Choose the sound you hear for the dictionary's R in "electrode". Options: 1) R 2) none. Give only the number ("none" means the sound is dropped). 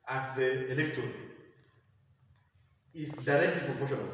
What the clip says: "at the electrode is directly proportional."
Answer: 2